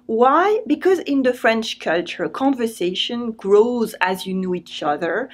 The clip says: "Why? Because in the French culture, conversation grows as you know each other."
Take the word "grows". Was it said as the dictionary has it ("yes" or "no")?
yes